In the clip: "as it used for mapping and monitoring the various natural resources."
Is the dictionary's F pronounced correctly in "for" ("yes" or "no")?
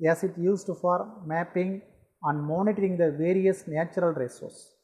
yes